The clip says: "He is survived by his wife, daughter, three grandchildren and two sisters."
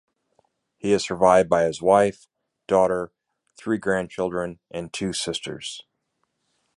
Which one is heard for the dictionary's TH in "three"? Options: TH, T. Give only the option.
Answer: TH